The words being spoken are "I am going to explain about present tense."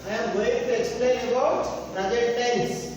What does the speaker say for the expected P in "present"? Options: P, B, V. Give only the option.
B